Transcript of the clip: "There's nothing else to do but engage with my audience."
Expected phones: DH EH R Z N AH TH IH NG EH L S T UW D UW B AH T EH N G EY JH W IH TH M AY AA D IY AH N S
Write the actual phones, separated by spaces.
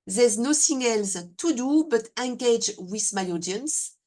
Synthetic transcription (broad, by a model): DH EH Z N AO S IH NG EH L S T UW D UW B AH T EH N G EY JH W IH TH M AY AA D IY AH N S